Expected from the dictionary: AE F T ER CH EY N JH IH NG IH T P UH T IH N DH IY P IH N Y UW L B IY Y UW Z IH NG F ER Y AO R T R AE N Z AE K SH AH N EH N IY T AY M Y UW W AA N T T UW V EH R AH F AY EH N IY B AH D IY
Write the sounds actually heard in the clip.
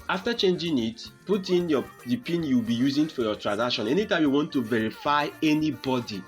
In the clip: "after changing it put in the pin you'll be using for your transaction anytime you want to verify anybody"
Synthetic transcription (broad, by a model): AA F T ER CH EY N JH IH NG IH T P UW T IH N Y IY P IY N Y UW W B IY Y UW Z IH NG F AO Y AO T R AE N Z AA K SH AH N EH N IY T AY M Y UW W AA N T T UW V EH R AH F AY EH N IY B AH D IY